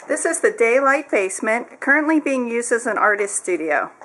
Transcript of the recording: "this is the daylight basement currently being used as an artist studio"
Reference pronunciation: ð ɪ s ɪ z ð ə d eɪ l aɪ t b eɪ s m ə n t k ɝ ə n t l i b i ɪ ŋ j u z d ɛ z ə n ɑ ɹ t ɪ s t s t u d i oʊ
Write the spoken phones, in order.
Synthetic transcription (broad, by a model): ð ɪ s ɪ z ð ə d eɪ l aɪ t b eɪ s m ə n k ɝ ə n t l i b i ɪ ŋ j u z d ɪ z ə n ɑ ɹ t ɪ s t s t u d i oʊ